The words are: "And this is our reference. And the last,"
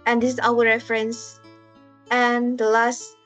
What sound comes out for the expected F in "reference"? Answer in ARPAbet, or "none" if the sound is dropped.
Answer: F